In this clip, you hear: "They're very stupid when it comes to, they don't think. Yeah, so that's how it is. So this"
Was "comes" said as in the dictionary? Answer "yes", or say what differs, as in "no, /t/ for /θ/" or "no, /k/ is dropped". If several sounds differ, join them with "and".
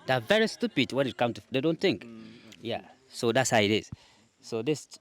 no, /z/ is dropped